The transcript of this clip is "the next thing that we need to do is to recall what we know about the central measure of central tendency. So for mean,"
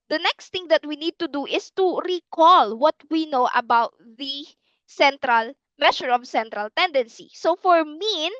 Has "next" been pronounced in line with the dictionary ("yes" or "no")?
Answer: yes